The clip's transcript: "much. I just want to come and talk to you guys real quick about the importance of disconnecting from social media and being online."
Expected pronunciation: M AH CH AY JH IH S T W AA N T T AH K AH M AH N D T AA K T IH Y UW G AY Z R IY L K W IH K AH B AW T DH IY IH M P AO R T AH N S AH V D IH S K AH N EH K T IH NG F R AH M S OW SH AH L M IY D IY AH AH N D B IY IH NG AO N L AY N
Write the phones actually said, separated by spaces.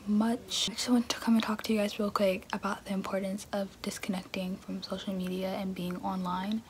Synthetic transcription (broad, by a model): M AH CH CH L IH W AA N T T AH K AH M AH N T AA K T IH Y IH G AY Z R IY L K W IH K AH B AW T DH IY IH M P AO R T N S AH V D IH S K AH N EH K T IH NG F R AH M S OW SH L M IY D IY AH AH N B IY IH NG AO N L AY N